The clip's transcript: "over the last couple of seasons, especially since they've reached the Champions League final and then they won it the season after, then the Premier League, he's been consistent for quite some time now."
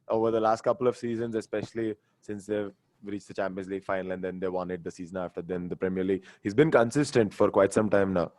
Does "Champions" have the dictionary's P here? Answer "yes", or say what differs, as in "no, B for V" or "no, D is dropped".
yes